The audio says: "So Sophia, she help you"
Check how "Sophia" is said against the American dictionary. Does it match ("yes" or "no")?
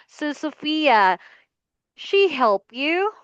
yes